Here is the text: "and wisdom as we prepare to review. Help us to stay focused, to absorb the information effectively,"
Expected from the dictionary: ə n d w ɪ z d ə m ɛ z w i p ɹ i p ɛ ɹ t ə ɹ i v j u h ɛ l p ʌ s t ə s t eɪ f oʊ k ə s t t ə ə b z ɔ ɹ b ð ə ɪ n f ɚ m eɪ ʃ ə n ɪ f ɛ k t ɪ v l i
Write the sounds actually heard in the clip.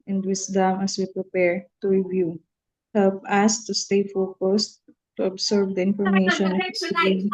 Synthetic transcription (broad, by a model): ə n d w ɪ s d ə m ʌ s w i p ɹ i p ɛ ɹ t ə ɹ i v j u h ɛ l p ʌ s t ə s t eɪ f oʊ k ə s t t ə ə b s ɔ ɹ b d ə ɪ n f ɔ m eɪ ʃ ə n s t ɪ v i